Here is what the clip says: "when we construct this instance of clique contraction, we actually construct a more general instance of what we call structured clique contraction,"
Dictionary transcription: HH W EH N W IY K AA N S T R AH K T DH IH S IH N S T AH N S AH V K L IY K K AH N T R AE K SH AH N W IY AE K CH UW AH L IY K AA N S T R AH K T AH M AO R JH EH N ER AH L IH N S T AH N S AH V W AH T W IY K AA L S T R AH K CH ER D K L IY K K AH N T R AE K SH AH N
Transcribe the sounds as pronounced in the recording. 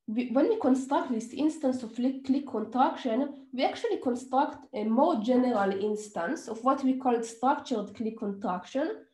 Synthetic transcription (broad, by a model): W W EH N W IY K AA N S T R AH K T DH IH S IH N S T AH N S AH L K L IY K K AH N T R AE K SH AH N W IY AE K CH UW AH L IY K AA N S T R AH K T AH M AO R JH EH N ER AH L IH N S T AH N S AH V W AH T W IY K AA L S T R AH K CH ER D K L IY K K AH N T R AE K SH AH N